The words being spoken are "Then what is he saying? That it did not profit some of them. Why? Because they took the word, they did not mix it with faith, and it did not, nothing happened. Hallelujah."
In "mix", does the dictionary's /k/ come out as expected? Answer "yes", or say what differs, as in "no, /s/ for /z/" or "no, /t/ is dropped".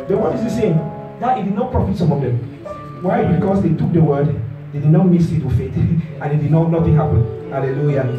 no, /k/ is dropped